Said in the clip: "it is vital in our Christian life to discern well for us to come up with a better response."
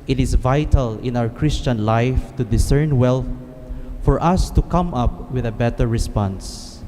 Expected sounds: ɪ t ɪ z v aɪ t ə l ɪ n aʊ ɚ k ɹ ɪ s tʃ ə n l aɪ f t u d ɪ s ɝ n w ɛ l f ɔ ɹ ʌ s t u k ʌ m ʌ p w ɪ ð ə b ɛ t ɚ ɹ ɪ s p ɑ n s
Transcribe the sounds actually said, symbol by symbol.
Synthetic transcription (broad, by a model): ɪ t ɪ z v aɪ t ə l ɪ n aʊ ɚ k ɹ ɪ s tʃ ə n l aɪ f t u d ɪ s ɝ n w ɛ l f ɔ ɹ ʌ s t u k ʌ m ʌ p w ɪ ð ə b ɛ t ɚ ɹ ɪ s p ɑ n s